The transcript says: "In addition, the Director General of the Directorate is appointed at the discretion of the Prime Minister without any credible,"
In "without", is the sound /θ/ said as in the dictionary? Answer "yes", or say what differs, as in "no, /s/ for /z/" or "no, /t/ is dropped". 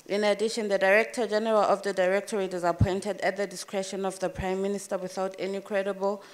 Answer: yes